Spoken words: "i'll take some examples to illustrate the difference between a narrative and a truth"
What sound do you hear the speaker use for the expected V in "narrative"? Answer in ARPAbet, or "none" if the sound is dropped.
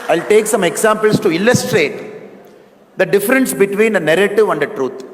V